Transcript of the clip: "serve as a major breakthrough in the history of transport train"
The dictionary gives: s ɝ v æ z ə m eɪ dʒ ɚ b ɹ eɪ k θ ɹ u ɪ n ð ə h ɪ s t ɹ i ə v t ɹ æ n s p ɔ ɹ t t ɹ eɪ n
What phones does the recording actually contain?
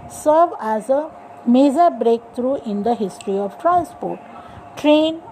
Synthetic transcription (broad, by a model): s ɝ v æ z ə m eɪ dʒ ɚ b ɹ eɪ k t ɹ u ɪ n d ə h ɪ s t ɹ i ə v t ɹ æ n s p ɔ ɹ t t ɹ eɪ n